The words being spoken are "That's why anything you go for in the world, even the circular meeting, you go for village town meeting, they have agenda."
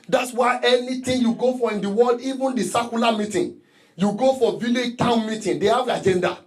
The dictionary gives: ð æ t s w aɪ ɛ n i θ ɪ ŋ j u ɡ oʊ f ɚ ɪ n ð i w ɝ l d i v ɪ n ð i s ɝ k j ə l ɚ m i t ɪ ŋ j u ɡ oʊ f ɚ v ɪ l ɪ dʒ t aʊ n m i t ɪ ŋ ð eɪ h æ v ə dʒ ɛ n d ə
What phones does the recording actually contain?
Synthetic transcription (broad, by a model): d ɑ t s w aɪ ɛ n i t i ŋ j u ɡ oʊ f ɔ ɪ n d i w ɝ l d i v ɪ n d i s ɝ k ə l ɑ m i t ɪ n j u ɡ oʊ f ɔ v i l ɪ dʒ t aʊ n m i t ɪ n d eɪ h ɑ v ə dʒ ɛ n d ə